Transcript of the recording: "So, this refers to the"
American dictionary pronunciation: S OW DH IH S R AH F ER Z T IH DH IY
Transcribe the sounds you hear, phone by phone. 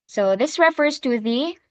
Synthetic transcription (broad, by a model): S OW DH IH S R AH F ER Z T IH DH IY